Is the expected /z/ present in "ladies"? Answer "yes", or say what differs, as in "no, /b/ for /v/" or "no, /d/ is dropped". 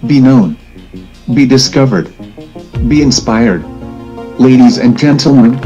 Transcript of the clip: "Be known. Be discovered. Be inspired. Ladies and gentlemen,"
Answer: yes